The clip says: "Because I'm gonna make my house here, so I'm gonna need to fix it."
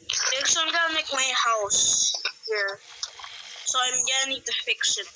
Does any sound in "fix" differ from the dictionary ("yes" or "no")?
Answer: yes